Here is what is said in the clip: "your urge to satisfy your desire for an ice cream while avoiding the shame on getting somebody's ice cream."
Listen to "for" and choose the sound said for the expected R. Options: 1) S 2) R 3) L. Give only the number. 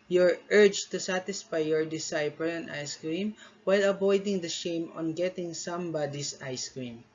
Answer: 3